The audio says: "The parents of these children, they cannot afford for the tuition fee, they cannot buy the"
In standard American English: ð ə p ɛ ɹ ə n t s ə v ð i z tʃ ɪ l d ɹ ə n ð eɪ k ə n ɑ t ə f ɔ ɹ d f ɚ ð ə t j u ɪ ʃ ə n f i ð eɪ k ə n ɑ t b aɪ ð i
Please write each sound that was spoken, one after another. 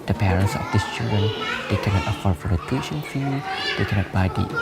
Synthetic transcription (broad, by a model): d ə p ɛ ɹ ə n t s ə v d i s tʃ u d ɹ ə n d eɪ k ə n ɑ t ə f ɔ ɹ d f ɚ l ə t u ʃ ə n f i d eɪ k ə n ɑ t b aɪ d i